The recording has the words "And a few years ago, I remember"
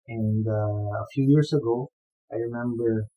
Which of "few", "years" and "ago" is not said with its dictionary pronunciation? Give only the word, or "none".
years